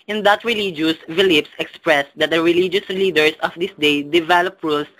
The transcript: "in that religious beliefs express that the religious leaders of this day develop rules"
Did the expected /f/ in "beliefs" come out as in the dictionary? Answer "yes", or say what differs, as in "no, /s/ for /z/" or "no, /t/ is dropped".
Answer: no, /p/ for /f/